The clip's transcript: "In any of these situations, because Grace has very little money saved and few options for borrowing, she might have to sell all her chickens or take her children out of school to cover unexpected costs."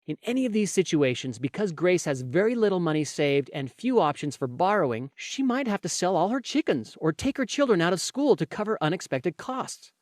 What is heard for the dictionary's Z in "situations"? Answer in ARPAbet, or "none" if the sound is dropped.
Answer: Z